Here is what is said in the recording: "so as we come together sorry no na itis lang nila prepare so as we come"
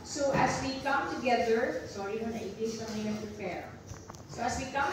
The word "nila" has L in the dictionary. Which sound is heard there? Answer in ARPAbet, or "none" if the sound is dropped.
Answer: N